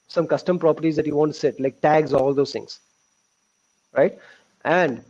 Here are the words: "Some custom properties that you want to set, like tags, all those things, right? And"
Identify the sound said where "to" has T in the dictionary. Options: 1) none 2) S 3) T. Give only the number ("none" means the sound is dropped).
2